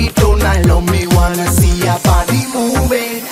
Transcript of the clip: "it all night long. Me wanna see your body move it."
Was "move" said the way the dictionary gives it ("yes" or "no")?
no